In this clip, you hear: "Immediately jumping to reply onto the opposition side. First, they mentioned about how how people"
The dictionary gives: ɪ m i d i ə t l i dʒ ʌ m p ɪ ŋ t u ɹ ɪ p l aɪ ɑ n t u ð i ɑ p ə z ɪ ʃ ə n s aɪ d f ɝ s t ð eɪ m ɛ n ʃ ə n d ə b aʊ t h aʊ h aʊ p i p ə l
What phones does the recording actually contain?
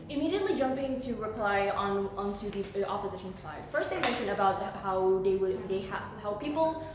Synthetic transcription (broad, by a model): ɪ m i d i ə t l i dʒ ʌ m p ɪ ŋ t u ɹ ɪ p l aɪ ɑ n t u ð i ɑ p ə z ɪ ʃ ə n s aɪ d f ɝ s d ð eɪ m ɛ n ʃ ə n d ə b aʊ t h aʊ h aʊ p i p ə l